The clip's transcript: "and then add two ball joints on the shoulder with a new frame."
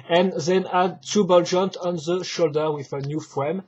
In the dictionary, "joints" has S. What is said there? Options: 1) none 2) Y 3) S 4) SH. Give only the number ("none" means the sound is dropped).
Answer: 1